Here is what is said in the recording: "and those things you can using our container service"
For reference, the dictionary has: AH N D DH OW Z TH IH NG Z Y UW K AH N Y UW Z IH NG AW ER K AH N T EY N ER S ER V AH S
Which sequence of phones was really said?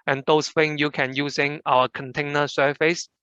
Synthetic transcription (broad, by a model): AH N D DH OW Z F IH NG Y UW K AH N Y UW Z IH NG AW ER K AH N T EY N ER S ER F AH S